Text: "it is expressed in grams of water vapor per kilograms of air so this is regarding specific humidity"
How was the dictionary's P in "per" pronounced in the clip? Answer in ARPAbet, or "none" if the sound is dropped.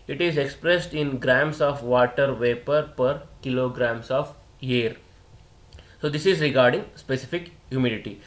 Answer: P